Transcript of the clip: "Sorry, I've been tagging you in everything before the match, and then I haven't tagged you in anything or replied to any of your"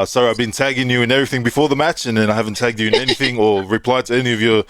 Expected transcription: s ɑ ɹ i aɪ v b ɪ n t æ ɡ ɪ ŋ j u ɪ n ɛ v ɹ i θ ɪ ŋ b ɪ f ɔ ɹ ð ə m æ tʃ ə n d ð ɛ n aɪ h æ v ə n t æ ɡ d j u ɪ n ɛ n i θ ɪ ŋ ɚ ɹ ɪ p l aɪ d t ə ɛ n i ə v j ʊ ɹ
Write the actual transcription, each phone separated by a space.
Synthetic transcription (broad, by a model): s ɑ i aɪ v b ɪ n t æ ɡ ɪ ŋ j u ɪ n ɛ v ɹ i θ ɪ ŋ b ɪ f ɔ ɹ ð ə m æ tʃ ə n ð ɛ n aɪ h æ v ə n t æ ɡ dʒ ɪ ɪ n ɛ n i θ ɪ ŋ ɚ ɹ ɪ p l aɪ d t ə ɛ n i ə v j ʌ ɹ